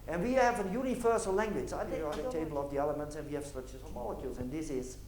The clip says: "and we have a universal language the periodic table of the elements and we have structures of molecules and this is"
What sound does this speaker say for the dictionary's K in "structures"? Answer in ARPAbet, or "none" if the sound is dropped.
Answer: none